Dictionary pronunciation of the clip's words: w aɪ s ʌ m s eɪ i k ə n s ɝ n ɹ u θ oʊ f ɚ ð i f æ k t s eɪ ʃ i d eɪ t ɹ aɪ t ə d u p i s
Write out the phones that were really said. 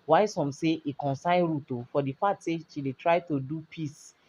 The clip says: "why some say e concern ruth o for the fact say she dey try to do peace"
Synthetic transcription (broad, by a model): w aɪ s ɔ m s eɪ i k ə n s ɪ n ɹ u t oʊ f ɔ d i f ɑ t s eɪ ʃ i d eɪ t ɹ aɪ t ə d u p i s